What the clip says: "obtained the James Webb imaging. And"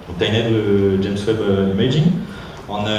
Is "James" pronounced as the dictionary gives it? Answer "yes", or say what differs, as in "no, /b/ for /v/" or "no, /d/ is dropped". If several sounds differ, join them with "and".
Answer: no, /s/ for /z/